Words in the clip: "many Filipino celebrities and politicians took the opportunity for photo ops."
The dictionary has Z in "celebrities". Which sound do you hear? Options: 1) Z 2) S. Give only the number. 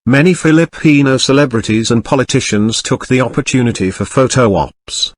1